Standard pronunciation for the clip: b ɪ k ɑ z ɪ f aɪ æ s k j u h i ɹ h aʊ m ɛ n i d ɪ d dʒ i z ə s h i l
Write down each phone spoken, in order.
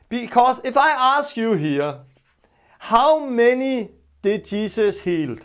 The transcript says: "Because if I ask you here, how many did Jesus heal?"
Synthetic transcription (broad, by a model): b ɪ k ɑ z ɪ f aɪ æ s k j u h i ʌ h aʊ m ɛ n i d ɪ d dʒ i s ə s h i l